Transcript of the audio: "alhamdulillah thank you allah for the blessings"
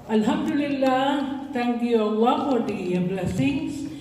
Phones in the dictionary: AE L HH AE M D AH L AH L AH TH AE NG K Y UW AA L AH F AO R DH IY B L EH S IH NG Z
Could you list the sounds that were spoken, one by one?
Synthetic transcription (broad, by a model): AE L HH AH M D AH L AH L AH T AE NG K Y UW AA L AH F AO R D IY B L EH S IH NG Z